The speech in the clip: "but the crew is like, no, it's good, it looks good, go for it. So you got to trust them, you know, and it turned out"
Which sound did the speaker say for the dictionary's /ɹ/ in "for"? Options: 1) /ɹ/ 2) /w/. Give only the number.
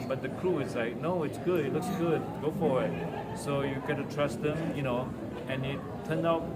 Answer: 2